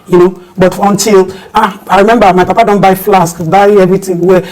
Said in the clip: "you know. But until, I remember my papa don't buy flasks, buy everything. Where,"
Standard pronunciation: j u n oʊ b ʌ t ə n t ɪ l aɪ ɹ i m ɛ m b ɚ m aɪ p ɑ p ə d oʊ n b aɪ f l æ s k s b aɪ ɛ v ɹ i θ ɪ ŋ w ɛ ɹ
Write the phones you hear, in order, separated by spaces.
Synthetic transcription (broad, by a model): j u n oʊ b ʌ t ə n t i l aɪ ɹ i m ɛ m b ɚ m aɪ p ɑ p ə d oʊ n b aɪ f l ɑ s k b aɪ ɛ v ɹ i t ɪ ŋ w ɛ